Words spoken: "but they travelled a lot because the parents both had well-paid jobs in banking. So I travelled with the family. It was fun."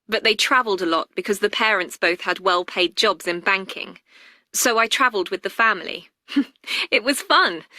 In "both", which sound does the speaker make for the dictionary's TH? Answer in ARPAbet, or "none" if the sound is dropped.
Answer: TH